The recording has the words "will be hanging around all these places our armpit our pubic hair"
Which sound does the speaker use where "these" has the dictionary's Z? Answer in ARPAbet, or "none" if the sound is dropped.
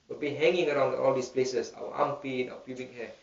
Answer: S